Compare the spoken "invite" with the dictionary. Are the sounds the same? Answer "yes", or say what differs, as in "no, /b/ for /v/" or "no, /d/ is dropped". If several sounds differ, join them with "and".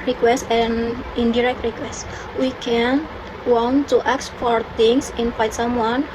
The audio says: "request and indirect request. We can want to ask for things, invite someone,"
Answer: no, /f/ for /v/